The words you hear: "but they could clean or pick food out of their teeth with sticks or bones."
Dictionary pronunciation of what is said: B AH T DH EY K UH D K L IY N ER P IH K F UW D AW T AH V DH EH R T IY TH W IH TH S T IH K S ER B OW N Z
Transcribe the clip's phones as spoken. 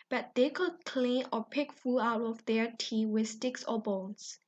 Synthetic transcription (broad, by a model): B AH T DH EY K UH D K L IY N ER P IH K F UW AW T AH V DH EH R T IY W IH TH S T IH K S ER B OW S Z